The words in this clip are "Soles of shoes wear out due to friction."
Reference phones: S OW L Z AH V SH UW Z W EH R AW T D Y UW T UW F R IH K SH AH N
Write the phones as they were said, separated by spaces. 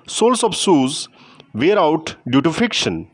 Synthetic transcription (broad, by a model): S OW L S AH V S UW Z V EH R AW T D Y UW T UW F R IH K SH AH N